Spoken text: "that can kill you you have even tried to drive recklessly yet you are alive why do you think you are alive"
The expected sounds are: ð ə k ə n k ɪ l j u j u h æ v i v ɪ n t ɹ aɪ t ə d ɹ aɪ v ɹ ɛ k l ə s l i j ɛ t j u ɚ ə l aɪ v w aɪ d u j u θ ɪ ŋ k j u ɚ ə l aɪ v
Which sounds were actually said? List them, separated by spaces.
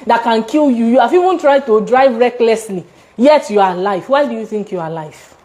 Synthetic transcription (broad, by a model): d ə k ə n k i l j u j u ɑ f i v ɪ n t ɹ aɪ t ə d ɹ aɪ v ɹ ɛ k l ə s l i j ɛ t j u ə l aɪ f w aɪ d u j u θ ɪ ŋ k j u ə l aɪ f